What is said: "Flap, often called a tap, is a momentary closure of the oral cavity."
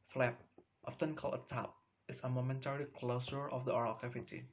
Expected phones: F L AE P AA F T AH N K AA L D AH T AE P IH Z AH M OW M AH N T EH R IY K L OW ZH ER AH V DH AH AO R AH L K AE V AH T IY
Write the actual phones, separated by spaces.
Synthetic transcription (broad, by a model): F L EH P AA F T AH N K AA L AH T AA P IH S AH M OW M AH N T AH R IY K L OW S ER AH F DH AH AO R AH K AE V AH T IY